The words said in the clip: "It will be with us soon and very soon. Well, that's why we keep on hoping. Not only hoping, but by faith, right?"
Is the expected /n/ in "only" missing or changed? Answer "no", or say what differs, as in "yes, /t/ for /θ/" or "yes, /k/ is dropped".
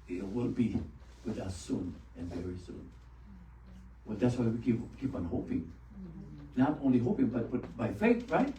no